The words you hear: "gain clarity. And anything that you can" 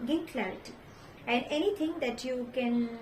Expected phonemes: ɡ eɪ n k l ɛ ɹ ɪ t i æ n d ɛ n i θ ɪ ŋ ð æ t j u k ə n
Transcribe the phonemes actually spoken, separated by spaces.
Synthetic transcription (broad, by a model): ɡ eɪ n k l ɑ ɪ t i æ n d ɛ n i t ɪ ŋ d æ t j u k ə n